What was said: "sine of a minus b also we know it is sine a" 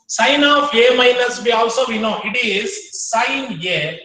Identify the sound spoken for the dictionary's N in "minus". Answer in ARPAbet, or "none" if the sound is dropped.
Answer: L